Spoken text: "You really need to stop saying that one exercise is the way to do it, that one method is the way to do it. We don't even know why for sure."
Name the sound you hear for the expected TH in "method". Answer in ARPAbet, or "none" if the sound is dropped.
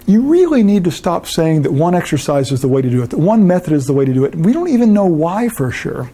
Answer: TH